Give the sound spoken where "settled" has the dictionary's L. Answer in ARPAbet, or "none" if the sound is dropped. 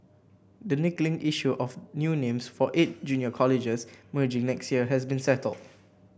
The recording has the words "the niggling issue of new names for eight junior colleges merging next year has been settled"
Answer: L